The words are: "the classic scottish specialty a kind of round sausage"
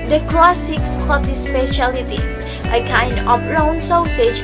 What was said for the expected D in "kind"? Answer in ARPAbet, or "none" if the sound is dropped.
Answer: D